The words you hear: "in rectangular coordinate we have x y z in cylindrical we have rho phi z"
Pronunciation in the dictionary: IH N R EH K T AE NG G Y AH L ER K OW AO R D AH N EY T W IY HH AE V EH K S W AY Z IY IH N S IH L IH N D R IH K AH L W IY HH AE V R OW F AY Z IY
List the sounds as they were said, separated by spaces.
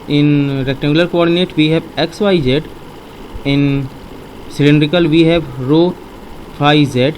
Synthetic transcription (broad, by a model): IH N R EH K T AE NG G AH L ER K OW AO R D AH N EY T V IY HH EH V EH K S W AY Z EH IH N S IH L IH N D R IH K AH L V IY HH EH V R OW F AY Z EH